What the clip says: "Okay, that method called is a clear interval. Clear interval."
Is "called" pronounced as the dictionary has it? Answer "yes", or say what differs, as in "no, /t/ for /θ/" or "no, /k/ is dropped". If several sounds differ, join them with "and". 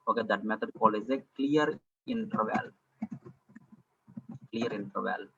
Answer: no, /d/ is dropped